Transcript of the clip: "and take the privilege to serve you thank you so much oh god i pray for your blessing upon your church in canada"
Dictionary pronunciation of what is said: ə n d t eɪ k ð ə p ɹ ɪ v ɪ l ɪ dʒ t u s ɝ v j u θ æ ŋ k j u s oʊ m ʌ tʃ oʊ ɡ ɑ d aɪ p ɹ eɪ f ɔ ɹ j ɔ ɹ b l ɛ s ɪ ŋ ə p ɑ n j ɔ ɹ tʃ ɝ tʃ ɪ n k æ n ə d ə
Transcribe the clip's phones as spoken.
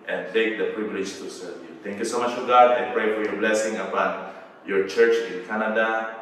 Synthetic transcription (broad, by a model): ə n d t eɪ k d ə p ɹ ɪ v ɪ l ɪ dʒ t u s ɝ v j u t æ ŋ k j u s oʊ m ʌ tʃ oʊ ɡ ɑ d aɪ p ɹ eɪ f ɔ ɹ j ɔ ɹ b l ɛ s ɪ ŋ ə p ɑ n j ɔ ɹ tʃ ɝ tʃ ɪ n k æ n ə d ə